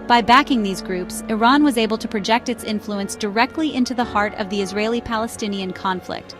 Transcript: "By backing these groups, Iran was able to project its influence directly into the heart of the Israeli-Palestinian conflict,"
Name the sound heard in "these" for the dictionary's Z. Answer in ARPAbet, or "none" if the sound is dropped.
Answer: Z